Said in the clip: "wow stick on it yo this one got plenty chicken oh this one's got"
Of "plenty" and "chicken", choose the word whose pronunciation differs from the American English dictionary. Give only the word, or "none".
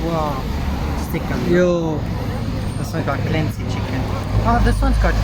plenty